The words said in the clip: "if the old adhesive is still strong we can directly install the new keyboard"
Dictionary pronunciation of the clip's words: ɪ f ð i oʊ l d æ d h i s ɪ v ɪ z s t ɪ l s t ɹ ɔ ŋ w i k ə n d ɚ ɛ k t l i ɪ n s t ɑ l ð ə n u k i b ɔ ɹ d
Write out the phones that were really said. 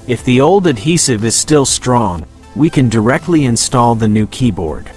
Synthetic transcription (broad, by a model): ɪ f ð i oʊ l d æ d h i s ɪ v ɪ z s t ɪ l s t ɹ ɔ ŋ w i k ə n d ɚ ɛ k t l i ɪ n s t ɑ l ð ə n u k i b ɔ ɹ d